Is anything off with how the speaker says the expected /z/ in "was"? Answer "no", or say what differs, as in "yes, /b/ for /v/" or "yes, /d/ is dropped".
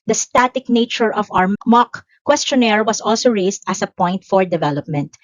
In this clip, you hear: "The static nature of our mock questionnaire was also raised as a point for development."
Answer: yes, /s/ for /z/